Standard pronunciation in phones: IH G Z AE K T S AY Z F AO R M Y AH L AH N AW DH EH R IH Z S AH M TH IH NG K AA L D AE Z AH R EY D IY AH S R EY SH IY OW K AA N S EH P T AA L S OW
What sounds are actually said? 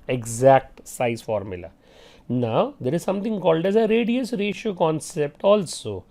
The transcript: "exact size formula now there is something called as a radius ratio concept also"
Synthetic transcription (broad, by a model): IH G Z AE K T S AY Z F AO R M Y AH L AH N AW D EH R IH Z S AH M T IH NG K AA L D AE Z AH R EY D IY AH S R EY SH IY OW K AA N S EH P T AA L S OW